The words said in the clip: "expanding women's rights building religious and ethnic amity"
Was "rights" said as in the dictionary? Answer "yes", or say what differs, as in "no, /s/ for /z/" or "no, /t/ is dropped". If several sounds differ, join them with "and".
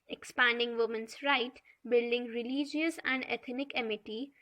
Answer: no, /s/ is dropped